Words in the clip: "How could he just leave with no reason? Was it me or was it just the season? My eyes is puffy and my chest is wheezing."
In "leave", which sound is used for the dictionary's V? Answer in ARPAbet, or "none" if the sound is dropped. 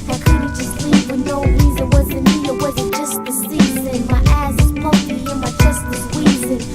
P